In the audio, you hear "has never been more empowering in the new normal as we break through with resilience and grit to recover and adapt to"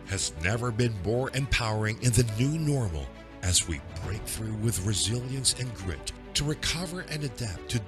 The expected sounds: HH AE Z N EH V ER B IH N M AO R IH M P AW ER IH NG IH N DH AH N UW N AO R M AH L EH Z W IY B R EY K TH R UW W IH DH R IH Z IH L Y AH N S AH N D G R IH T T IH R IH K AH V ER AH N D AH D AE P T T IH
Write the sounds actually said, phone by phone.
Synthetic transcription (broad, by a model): HH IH Z N EH V ER B IH N M AO R IH M P AW ER IH NG IH N DH AH N UW N AO R M L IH Z W IY B R EY K TH R UW W IH DH R IH Z IH L Y AH N S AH N G R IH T T IH R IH K AH V ER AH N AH D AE P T T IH